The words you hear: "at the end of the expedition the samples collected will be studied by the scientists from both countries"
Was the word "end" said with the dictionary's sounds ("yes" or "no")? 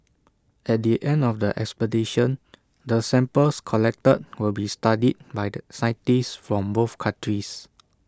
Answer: yes